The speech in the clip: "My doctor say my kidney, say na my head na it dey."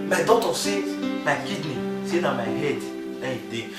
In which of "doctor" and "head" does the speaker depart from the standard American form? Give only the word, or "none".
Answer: doctor